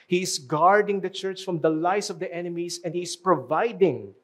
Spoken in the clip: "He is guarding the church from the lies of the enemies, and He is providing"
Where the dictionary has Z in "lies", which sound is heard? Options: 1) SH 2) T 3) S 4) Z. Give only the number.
3